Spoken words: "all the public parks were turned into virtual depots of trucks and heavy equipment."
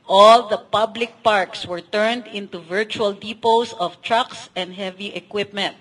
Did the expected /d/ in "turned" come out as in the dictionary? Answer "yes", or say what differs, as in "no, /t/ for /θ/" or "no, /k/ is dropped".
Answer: yes